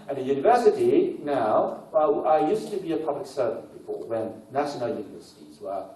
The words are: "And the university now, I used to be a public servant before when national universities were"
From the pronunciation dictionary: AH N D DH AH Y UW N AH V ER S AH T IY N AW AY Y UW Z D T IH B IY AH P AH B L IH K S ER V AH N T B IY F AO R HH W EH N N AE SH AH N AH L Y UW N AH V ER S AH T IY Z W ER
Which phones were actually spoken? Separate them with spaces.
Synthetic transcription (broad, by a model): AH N DH AH Y UW N AH V ER S AH T IY N AW AY Y UW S T IH B IY AH P AH B L IH K S ER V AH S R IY P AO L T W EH N N AE SH AH N AH L Y UW N AH V ER S AH T IY Z W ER